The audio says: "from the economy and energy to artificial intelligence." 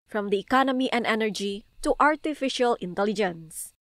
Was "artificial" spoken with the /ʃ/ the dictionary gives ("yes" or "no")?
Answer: yes